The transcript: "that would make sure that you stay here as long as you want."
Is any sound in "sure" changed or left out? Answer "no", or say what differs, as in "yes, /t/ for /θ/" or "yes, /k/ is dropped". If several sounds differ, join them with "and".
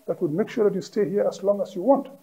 no